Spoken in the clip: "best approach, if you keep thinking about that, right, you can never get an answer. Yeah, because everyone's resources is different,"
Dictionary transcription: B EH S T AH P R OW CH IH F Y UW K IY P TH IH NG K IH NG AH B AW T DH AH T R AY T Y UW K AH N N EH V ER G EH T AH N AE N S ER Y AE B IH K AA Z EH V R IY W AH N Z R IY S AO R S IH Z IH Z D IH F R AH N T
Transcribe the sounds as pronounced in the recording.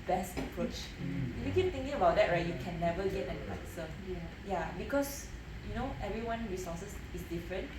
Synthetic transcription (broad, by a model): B EH S T AH P R OW CH IH F Y UW K IY P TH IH NG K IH NG AH B AW T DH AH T R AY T Y UW K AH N N EH V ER G EH T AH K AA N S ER Y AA B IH K AA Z EH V R IY W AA N R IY S AO S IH S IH S D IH F R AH N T